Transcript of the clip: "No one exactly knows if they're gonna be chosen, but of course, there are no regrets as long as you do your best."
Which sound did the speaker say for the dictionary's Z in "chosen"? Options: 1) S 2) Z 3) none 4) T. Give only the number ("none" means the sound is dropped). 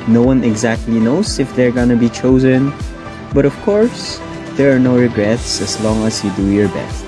2